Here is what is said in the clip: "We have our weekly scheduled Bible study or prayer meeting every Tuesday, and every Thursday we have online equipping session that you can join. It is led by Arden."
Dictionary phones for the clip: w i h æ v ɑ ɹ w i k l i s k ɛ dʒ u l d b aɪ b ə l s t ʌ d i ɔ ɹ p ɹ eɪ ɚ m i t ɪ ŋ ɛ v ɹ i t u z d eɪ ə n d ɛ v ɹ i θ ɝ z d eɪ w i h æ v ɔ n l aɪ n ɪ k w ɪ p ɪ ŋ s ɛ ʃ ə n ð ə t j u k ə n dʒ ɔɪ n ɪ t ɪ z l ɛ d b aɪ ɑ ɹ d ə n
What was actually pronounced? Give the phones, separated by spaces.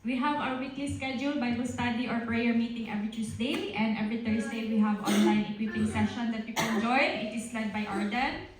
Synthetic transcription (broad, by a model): w i h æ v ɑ w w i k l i s k ɛ dʒ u l b aɪ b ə s t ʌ d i ɔ ɹ p ɹ eɪ ɚ m i t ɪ ŋ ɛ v ɹ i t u s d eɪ ə n d ɛ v ɹ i t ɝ s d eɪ w i h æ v ɔ n l aɪ n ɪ k w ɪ p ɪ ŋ s ɛ ʃ ə n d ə t j u k ə n dʒ ɔɪ n ɪ t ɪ s l ɛ d b aɪ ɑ ɹ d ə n